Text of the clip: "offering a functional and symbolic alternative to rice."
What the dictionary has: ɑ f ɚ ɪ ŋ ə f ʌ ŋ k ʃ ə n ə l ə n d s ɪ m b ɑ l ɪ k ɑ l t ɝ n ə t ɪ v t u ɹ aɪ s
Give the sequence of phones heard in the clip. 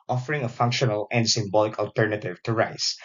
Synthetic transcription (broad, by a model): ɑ f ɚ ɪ ŋ ə f ʌ ŋ k ʃ ə n ə l ə n d s ɪ m b ɑ l ɪ k ɑ l t ɝ n ə t ɪ v t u ɹ aɪ s